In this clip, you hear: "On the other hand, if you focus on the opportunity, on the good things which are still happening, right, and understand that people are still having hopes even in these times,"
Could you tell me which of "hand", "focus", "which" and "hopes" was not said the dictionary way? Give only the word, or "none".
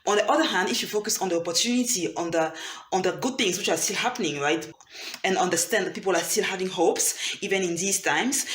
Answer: none